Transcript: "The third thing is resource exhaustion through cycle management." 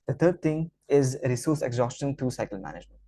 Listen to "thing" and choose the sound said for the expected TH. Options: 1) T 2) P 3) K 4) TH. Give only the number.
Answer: 1